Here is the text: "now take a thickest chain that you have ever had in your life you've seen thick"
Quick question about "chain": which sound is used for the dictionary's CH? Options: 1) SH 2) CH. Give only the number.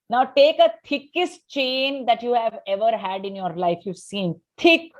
2